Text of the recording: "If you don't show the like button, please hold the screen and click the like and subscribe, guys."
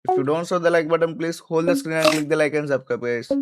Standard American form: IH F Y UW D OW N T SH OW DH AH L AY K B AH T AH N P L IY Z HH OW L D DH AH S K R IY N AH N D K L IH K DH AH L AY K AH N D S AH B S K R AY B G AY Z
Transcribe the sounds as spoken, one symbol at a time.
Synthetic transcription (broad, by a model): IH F Y UW D OW N T S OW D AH L AY K B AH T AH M P L IY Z HH OW L D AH S K R IY N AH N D K L IH K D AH L AY K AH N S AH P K AY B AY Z